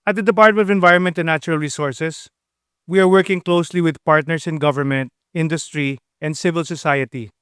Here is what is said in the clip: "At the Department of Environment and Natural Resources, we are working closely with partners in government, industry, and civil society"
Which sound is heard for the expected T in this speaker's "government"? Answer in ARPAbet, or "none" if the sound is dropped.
T